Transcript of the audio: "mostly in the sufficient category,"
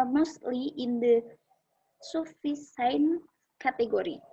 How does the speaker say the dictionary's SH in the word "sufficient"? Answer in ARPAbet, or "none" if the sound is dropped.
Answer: S